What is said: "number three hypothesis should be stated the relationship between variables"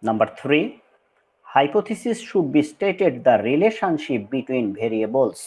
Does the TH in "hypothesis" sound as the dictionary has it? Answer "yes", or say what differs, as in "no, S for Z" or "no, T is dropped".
no, T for TH